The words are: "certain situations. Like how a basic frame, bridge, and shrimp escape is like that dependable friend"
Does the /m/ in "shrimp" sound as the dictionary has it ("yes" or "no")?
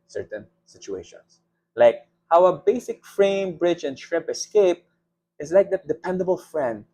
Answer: no